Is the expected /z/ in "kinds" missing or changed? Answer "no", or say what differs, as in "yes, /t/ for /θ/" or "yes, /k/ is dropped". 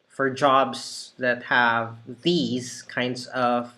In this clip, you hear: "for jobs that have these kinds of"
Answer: no